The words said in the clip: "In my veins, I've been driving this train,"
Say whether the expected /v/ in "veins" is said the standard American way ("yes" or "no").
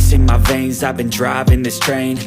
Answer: yes